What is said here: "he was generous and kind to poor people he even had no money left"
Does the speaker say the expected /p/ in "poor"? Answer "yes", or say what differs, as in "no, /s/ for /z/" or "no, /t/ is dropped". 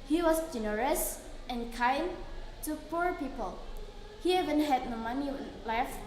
yes